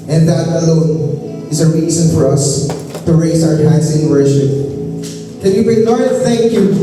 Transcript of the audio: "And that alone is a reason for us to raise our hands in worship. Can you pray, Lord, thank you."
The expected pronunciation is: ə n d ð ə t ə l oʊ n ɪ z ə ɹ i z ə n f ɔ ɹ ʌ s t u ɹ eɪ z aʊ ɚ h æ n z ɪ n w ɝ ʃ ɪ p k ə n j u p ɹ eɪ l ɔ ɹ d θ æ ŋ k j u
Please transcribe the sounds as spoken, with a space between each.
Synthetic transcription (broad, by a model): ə n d ð ə t ə l oʊ n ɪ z ə ɹ i z ə n f ɔ ɹ ʌ s t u ɹ eɪ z aʊ ɚ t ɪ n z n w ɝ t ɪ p k ə n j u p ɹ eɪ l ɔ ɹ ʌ θ æ ŋ k j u